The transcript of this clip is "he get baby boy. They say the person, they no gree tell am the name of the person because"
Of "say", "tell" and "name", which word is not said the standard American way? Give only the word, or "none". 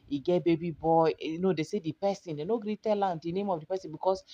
none